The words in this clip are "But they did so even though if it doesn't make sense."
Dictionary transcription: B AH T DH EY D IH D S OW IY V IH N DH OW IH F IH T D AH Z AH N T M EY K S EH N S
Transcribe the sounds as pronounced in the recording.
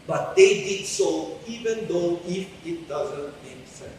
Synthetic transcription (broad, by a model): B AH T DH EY D IH D S OW IY V IH N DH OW IH F IH T D AH Z AH N T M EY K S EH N